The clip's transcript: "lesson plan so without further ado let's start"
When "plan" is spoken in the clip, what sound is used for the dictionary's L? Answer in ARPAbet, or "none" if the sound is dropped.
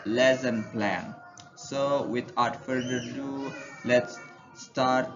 L